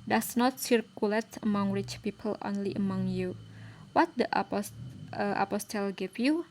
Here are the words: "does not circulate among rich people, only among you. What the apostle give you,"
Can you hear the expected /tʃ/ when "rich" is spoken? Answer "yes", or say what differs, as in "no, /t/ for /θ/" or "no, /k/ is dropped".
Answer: yes